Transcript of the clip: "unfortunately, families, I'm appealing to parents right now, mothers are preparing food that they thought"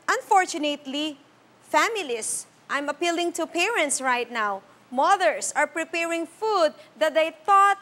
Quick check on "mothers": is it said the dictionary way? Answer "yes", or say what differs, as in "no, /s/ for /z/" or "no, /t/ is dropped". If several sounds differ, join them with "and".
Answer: no, /s/ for /z/